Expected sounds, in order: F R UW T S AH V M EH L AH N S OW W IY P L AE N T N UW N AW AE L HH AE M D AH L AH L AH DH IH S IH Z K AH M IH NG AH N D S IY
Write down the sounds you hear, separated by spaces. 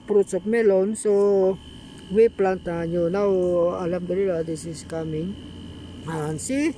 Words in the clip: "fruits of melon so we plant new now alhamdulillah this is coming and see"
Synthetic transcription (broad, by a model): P R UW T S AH P M EH L AH N S OW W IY P L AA N T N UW N AW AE L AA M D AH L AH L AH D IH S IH S K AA M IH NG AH N S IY